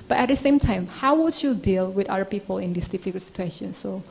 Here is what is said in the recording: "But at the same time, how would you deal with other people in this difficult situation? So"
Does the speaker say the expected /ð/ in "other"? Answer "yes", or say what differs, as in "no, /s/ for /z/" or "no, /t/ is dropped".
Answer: no, /ð/ is dropped